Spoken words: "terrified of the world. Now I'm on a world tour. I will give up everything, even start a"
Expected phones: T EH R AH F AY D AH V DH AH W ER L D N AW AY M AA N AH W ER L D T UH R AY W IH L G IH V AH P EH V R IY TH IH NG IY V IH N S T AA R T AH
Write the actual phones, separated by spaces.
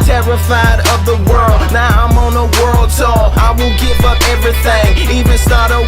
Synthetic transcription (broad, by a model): T EH R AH F AY D AH V DH AH W ER L D N AW AY M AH N AH W ER L D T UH AY W IH L G IH V AH P EH V R IY TH IH NG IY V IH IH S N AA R T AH